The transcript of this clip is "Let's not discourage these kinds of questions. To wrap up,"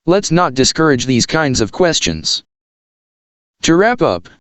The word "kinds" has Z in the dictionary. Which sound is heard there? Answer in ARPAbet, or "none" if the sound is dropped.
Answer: Z